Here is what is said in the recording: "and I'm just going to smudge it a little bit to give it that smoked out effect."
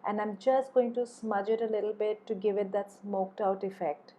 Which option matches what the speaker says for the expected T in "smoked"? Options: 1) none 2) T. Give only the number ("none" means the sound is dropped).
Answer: 2